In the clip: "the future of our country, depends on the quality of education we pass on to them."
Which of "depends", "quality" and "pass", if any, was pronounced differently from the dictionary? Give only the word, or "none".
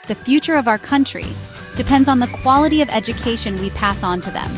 none